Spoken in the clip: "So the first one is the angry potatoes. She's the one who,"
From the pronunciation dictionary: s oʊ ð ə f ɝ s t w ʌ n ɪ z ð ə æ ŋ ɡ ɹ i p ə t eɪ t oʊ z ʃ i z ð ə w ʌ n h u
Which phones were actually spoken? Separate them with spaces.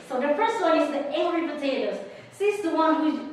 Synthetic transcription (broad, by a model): s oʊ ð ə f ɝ s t w ʌ n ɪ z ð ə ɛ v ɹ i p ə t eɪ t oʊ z s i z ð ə w ʌ n h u